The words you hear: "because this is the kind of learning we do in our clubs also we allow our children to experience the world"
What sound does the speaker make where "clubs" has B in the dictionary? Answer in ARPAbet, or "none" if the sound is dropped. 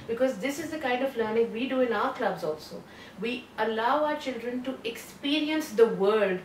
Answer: B